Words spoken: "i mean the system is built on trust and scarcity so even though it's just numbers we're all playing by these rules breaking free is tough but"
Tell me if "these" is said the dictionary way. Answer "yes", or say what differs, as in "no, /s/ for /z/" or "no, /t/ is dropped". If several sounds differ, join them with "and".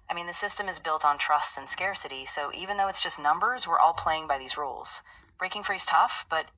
yes